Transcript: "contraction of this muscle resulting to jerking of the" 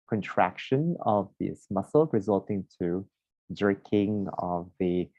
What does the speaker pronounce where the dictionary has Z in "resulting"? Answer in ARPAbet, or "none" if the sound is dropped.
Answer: Z